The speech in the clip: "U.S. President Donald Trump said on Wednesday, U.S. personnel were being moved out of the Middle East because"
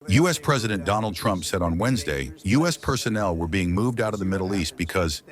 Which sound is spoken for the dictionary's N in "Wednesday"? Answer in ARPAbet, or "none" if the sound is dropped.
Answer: N